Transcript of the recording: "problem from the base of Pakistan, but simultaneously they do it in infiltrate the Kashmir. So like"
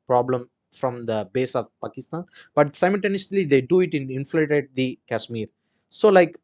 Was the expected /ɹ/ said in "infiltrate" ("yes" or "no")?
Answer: no